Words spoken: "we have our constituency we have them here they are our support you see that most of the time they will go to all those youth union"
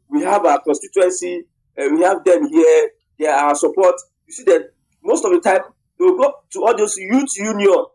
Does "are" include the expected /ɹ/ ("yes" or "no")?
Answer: no